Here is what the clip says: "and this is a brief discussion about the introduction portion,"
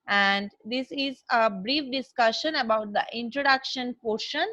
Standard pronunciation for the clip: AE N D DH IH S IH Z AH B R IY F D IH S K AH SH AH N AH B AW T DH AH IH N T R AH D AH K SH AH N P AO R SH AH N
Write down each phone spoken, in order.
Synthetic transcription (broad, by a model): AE N D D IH S IH Z AH B R IY F D IH S K AH SH AH N AH B AW T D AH IH N T R AH D AH K SH AH N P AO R SH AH N